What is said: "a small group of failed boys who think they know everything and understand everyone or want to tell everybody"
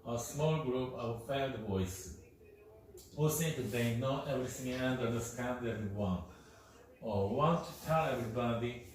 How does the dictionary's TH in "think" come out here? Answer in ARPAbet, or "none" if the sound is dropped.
S